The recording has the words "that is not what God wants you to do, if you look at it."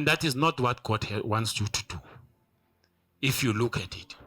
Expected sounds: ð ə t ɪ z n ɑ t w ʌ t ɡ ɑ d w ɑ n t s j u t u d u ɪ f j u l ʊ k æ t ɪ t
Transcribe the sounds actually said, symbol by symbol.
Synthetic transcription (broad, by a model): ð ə t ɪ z n ɑ t w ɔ t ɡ ɑ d w ɑ n t s j u t u d u ɪ f j u l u k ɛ t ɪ t